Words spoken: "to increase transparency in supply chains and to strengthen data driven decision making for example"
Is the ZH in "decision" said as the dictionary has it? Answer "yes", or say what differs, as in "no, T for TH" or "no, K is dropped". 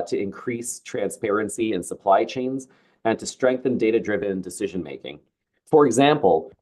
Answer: yes